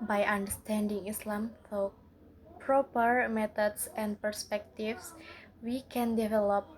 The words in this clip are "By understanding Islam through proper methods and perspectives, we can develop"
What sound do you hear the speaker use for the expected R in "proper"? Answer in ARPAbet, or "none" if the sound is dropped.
R